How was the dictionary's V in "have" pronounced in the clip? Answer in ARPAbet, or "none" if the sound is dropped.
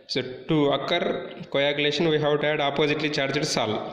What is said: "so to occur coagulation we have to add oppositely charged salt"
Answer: W